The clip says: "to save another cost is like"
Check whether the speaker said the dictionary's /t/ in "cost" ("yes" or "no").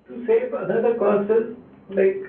no